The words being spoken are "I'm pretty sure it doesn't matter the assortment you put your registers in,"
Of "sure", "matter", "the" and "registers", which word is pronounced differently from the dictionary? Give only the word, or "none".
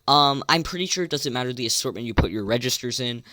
none